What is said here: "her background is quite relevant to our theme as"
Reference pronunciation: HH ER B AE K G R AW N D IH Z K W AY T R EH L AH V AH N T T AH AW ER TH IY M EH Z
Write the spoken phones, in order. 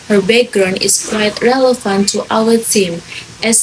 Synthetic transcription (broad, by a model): HH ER B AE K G R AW N IH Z K W AY T R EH L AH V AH N T T AW ER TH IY M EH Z